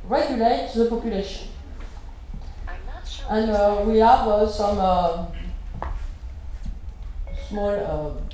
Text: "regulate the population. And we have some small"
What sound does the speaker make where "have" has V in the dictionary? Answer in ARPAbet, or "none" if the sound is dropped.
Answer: V